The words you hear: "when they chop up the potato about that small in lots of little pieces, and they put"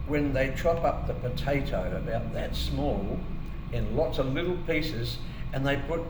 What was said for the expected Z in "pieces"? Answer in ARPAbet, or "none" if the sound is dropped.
Z